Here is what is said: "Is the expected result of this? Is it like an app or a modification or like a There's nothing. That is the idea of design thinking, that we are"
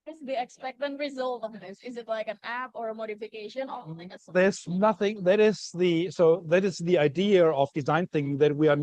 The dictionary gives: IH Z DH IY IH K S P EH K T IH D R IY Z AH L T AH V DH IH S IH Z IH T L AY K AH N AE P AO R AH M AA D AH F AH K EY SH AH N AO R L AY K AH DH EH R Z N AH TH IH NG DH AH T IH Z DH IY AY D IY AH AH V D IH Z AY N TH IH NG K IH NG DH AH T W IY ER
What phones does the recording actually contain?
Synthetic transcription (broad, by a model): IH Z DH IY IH K S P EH K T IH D R IY Z AH L T AH V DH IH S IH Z IH T L AY K AH N AE P AO R AH M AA D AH F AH K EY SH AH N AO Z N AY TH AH DH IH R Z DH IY S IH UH DH AH T IH Z DH IY AY D IY AH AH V D IH Z AY N TH IH NG K IH NG DH AH T W IY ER